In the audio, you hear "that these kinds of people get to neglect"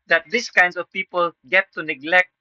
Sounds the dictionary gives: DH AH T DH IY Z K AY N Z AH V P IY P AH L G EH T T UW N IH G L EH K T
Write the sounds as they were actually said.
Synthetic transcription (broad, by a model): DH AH T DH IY S K AY N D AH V P IY P AH L G EH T T UW N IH G L EH K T